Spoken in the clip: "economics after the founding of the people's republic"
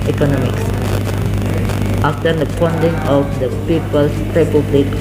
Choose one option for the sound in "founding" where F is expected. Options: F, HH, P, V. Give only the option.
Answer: P